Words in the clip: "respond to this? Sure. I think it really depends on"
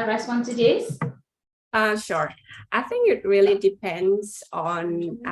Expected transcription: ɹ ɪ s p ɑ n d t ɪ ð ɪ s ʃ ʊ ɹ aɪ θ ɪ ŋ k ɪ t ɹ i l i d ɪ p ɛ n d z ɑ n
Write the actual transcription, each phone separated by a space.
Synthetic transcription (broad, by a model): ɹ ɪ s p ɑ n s t ɪ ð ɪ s ʃ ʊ ɹ aɪ θ ɪ ŋ k ɪ t ɹ i l i d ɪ p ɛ n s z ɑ n